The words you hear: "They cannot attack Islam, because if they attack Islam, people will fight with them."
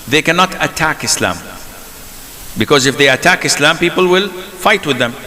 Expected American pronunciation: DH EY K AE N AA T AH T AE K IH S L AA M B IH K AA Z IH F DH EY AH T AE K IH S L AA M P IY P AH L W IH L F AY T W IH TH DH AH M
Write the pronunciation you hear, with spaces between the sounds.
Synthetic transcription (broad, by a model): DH EY K AE N AA T AH T AE K IH S L AA M B IH K AA Z IH F DH EY AH T AE K IH S L AA M P IY P AH L W IH L F AY T W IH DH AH M